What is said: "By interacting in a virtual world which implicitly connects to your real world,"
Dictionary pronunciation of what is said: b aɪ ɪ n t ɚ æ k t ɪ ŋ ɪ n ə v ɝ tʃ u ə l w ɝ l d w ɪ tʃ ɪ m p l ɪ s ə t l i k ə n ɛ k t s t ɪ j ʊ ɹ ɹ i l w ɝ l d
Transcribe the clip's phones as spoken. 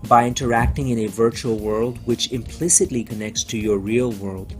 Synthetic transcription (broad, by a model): b aɪ ɪ n t ɚ æ k t ɪ ŋ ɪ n ə v ɝ tʃ u ə l w ɝ l d w ɪ tʃ ɪ m p l ɪ s ə t l i k ə n ɛ k t s t ɪ j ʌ ɹ ɹ i l w ɝ l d